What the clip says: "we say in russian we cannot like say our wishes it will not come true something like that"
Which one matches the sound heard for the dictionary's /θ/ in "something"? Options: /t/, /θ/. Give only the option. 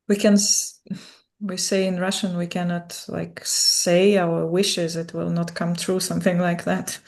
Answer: /θ/